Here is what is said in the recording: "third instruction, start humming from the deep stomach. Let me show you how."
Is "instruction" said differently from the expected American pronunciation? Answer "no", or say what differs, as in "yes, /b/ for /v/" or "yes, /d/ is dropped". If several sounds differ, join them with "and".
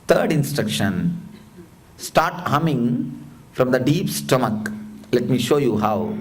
no